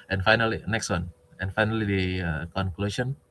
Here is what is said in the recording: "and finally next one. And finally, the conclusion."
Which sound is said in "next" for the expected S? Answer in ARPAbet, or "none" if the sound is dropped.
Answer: S